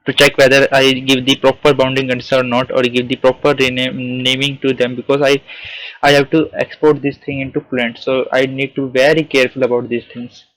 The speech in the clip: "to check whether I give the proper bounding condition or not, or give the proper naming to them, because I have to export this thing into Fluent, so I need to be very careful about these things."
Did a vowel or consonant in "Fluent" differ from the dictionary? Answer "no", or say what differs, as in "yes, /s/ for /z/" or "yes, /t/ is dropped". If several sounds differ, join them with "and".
yes, /p/ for /f/